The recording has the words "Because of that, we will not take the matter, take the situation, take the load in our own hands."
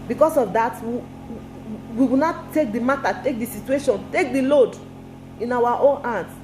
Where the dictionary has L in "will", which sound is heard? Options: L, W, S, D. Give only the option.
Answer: W